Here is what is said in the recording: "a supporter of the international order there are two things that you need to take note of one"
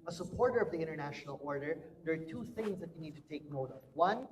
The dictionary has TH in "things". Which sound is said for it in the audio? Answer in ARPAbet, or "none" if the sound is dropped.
TH